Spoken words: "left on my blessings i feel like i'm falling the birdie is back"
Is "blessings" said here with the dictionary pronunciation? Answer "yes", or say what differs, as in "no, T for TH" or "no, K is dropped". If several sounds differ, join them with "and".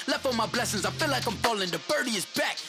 yes